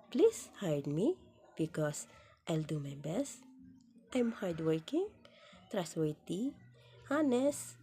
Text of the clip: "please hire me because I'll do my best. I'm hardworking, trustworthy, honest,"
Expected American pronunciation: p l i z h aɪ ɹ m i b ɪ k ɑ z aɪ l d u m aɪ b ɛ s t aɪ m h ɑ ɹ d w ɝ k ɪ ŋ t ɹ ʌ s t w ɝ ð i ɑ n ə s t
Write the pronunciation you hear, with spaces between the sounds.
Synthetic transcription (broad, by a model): p l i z h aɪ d m i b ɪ k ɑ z aɪ l d u m aɪ b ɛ s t aɪ m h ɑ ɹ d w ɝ k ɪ ŋ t ɹ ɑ s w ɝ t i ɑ n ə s